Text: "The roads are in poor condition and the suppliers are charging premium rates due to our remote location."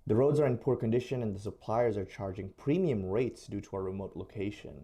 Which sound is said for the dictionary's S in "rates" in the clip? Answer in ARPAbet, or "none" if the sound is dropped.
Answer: S